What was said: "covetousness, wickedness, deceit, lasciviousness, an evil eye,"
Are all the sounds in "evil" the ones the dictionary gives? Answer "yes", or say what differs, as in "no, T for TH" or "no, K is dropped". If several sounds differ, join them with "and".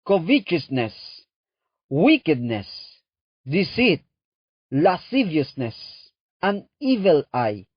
yes